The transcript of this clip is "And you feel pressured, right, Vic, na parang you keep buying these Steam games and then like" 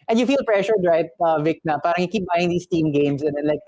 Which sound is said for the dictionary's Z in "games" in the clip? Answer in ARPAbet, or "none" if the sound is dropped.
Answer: S